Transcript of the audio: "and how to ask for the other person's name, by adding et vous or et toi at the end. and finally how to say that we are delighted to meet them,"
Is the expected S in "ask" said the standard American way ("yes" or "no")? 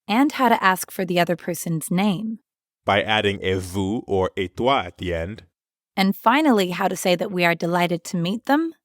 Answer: yes